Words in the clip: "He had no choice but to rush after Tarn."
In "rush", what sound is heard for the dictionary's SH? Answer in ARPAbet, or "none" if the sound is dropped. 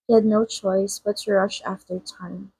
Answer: SH